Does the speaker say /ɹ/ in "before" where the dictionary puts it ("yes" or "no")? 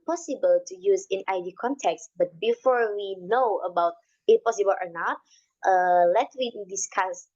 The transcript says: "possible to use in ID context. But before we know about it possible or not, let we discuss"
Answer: yes